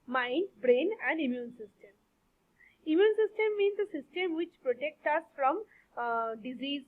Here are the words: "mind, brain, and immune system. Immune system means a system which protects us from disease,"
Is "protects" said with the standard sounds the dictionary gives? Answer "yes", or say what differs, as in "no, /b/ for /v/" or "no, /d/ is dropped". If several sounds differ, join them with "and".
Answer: no, /s/ is dropped